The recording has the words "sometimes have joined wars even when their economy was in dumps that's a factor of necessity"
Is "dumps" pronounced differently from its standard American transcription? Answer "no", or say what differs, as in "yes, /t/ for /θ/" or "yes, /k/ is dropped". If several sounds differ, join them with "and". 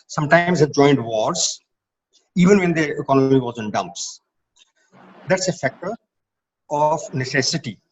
no